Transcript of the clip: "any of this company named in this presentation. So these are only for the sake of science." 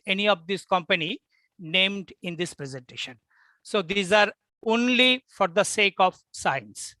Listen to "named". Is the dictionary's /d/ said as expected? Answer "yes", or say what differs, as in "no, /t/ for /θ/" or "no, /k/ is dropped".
yes